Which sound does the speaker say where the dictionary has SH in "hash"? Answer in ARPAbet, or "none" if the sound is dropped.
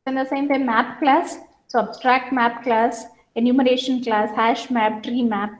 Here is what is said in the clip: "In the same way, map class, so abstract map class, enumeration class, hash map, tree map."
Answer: SH